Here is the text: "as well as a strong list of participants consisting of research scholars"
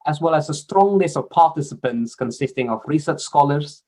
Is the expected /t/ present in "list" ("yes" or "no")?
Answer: no